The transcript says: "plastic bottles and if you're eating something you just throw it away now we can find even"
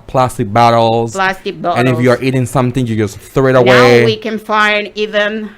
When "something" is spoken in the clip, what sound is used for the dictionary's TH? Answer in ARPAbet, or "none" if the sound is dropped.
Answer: TH